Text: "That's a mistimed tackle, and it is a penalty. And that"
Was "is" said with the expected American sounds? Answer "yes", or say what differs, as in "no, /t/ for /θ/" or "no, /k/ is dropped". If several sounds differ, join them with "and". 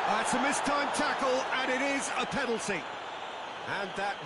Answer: yes